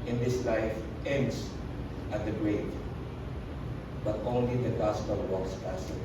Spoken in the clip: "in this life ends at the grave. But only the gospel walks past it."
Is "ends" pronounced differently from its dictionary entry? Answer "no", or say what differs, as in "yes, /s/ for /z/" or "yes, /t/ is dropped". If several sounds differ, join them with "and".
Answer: yes, /s/ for /z/